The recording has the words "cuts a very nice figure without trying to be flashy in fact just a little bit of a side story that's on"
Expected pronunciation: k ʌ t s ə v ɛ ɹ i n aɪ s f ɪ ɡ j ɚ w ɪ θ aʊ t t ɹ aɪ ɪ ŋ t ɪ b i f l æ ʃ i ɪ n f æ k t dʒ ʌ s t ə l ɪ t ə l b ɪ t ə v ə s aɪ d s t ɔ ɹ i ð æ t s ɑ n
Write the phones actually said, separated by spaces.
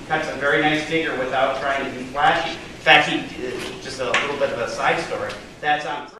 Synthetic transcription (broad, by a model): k ʌ t s ə v ɛ ɹ i n aɪ s f ɪ ɡ j ɚ w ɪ θ aʊ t t ɹ aɪ ɪ ŋ t ɪ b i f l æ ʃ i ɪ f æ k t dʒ ʌ s t ə l ɪ t l b ɪ t ə v ə s aɪ d s t ɔ ɹ i ð æ t s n